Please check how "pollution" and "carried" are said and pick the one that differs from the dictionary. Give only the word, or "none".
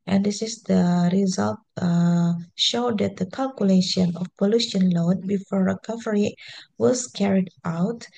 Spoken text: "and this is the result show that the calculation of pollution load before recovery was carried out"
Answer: none